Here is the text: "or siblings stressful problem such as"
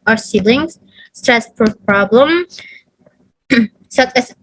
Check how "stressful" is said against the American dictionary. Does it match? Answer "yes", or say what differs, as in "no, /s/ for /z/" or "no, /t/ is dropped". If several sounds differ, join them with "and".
no, /p/ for /f/